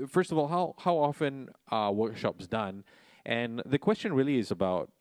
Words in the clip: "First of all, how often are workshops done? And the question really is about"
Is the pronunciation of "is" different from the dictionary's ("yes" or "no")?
no